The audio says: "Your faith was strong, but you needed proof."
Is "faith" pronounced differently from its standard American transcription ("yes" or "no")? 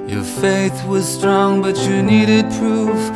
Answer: no